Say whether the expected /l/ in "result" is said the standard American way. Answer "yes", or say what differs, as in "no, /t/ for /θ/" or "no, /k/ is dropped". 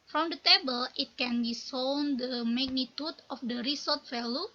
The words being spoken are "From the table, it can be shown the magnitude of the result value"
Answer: no, /l/ is dropped